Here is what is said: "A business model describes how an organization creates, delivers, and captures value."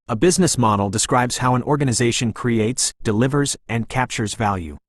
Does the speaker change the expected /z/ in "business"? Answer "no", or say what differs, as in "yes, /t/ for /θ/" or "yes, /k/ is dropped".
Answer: no